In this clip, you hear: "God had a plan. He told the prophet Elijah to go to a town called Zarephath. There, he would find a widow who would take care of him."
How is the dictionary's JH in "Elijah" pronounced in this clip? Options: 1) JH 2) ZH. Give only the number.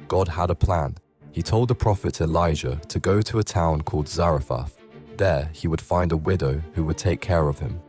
2